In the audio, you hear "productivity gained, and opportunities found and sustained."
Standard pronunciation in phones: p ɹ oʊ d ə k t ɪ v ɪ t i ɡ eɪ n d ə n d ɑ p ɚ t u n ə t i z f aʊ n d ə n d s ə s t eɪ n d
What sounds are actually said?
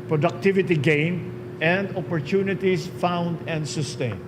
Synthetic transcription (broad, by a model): p ɹ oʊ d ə k t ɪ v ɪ t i ɡ eɪ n ə n d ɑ p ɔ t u n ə t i s f aʊ n d ə n d s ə s t eɪ n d